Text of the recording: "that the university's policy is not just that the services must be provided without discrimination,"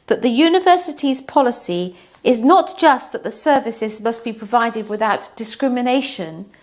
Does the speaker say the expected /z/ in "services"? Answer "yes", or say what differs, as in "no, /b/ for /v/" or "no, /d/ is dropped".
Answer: yes